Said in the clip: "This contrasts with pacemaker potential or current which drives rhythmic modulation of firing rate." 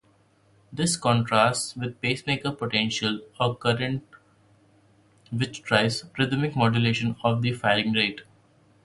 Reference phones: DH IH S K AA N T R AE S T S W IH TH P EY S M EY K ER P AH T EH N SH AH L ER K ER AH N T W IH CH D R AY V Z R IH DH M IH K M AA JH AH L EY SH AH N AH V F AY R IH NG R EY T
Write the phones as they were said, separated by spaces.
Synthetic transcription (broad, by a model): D IH S K AA N T R AE S T S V IH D P EY S M EY K ER P AH T EH N SH AH L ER K ER AH N T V IH CH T R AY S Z R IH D M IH K M AA JH AH L EY SH AH N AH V F AY L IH NG R EY T